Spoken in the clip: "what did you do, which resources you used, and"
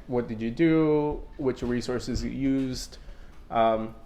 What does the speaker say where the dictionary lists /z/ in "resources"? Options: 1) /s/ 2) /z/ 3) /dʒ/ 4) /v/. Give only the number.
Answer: 2